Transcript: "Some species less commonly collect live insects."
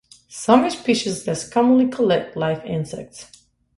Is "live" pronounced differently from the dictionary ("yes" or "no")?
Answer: yes